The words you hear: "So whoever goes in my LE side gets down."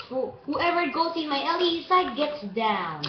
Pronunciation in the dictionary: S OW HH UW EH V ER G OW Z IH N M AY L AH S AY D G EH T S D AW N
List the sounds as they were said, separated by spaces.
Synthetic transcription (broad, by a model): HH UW HH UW EH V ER G OW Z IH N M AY L AH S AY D G EH T S D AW N